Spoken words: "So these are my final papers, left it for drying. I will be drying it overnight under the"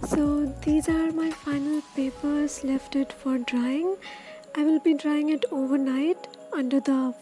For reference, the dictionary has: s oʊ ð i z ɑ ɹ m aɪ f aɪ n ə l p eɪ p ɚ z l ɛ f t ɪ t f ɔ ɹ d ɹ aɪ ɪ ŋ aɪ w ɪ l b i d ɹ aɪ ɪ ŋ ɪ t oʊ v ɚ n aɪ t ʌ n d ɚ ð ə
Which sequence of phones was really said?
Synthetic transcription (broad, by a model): s oʊ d i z ɑ ɹ m aɪ f aɪ n ə l p eɪ p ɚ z l ɛ f t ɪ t f ɔ ɹ d ɹ aɪ ɪ ŋ aɪ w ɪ l b i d ɹ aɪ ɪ ŋ ɪ t oʊ v ɚ n aɪ t ʌ n d ɚ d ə